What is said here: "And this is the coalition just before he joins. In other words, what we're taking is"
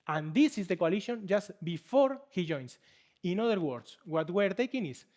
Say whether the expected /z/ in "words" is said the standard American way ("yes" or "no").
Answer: no